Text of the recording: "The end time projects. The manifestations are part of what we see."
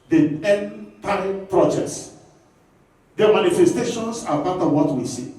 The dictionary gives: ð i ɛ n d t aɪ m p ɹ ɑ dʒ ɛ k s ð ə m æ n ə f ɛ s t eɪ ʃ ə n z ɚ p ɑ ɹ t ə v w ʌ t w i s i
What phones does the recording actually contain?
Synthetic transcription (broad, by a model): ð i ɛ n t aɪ p ɹ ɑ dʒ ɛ s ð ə m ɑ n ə f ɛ s t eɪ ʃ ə n s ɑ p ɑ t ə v w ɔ t w i s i